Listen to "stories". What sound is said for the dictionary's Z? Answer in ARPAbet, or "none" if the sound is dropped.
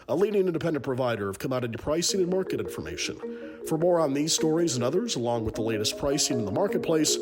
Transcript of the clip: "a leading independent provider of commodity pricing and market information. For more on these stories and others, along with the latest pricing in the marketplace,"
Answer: Z